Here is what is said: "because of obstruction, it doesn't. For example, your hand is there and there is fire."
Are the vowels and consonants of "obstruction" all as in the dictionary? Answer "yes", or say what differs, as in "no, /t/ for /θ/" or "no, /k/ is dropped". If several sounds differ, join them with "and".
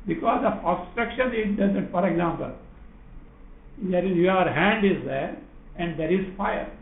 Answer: no, /b/ is dropped